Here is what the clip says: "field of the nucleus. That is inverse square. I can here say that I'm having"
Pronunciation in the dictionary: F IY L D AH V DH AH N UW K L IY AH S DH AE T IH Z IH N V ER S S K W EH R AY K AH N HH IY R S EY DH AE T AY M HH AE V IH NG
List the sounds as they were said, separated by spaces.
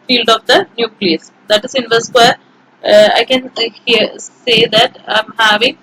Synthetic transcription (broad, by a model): F IY L D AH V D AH N UW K L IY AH S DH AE T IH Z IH N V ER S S W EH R AY K AH N HH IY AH S EY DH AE T AY M HH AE V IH NG